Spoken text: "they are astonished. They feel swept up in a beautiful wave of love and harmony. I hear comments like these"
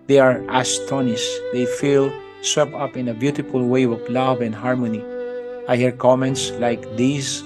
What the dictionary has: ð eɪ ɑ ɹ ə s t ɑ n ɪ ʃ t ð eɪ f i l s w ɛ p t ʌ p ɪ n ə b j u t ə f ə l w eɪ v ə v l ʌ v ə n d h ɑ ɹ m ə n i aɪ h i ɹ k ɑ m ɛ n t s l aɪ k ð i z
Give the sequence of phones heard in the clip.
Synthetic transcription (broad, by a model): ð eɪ ɑ ɹ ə s t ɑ n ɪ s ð eɪ f i l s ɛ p ʌ p ɪ n ə b j u t ə f ə l w eɪ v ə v l ʌ v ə n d h ɑ ɹ m ə n i aɪ h i ɹ k ɑ m ɛ n t s l aɪ k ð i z